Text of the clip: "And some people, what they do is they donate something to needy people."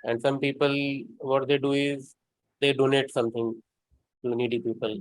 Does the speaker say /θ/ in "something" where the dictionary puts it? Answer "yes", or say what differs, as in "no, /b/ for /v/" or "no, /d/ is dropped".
no, /t/ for /θ/